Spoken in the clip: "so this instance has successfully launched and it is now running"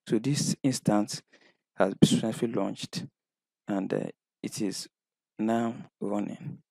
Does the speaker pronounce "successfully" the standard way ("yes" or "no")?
no